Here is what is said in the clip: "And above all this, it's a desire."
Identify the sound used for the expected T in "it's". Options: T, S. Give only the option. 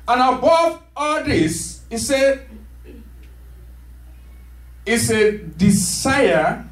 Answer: S